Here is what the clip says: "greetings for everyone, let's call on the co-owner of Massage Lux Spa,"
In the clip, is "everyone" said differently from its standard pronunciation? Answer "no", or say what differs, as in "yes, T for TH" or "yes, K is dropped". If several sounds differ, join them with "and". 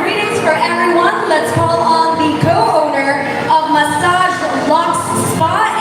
yes, V is dropped